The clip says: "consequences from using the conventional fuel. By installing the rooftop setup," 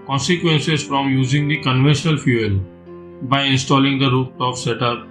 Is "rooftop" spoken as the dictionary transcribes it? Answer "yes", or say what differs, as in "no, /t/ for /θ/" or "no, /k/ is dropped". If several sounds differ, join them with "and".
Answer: no, /f/ is dropped